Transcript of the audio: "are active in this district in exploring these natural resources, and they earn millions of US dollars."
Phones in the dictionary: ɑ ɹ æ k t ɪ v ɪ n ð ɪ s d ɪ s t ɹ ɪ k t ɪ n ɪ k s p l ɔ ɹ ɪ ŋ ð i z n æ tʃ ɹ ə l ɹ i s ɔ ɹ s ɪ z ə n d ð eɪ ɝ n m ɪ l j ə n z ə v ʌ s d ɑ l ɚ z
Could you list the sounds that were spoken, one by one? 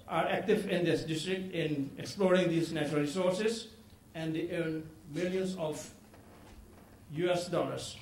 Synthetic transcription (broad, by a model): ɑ ɹ æ k t ɪ v ɪ n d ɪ s d ɪ s t ɹ ɪ k t ɪ n ɪ k s p l ɔ ɹ ɪ ŋ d i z n æ tʃ ɹ ə l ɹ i s ɔ ɹ s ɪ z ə n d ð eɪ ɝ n m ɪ l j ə n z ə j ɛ s d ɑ l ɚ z